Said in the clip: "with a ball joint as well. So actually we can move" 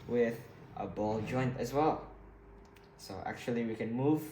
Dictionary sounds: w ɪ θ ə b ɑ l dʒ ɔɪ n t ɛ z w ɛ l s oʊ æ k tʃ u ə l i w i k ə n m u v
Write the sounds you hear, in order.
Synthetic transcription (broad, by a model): w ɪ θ ə b ɑ l dʒ ɔɪ n t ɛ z w ɛ l s oʊ æ k tʃ u ə l i w i k ə n m u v